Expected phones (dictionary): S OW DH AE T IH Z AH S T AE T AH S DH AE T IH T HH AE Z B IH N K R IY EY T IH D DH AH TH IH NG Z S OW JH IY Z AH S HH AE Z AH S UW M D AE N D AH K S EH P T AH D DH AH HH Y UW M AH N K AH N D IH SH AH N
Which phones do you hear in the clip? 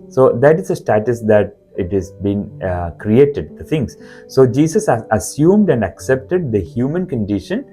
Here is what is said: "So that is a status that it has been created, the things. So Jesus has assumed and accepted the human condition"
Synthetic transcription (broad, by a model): S OW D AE T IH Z AH S T AE T AH S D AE T IH T HH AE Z B IH N K R IY EY T IH D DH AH T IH NG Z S OW JH IY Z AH S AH S UW M D AE N D AH K S EH P T AH D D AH HH Y UW M AH N K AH N D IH SH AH N